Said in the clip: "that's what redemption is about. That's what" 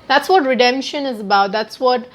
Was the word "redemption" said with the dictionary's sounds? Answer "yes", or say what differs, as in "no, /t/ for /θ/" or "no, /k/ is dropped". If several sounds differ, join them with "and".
yes